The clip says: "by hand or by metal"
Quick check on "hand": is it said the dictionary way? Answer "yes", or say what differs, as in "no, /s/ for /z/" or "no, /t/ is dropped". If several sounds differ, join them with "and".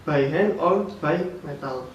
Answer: no, /d/ is dropped